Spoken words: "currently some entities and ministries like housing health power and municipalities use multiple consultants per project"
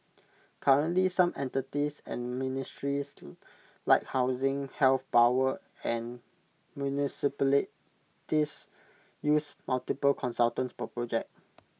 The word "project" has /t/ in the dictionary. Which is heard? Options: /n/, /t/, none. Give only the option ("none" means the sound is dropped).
none